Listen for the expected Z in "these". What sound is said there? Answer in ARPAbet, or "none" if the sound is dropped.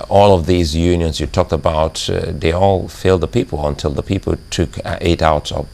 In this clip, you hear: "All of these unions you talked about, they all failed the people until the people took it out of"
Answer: Z